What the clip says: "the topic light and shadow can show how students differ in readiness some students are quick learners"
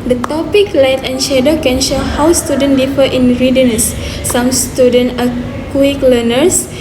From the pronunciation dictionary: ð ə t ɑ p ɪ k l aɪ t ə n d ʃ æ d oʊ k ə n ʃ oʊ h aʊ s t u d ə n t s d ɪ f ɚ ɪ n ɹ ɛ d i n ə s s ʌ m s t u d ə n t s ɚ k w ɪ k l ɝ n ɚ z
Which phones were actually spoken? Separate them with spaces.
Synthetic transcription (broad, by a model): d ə t ɑ p ɪ k l aɪ t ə n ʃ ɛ d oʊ k ə n ʃ oʊ h aʊ s t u d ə n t d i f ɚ ɪ n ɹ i d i n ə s s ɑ m s t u d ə n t ɚ k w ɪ k l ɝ n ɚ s